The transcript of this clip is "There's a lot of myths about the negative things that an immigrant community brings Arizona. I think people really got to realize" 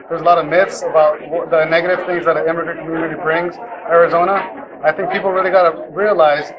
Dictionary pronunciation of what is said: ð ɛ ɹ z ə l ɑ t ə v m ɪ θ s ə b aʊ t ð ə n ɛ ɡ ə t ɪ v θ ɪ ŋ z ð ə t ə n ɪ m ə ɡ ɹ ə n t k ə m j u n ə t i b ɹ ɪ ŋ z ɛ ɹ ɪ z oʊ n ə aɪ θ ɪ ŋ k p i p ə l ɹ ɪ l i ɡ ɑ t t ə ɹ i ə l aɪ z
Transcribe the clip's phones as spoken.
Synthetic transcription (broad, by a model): ð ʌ ɹ z ə l ɑ t ə v m ɪ θ s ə b aʊ t ð ə n ɛ ɡ ə t ɪ v θ ɪ ŋ z ð ə t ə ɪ m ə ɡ ɹ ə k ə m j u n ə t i b ɹ ɪ ŋ z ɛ ɹ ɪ z oʊ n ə aɪ θ ɪ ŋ k p i p l ɹ ɪ l i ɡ ɑ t t ə ɹ i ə l aɪ z